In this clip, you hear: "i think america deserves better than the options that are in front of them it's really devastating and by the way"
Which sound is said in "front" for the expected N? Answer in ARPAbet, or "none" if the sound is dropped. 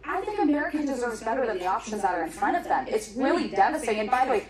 none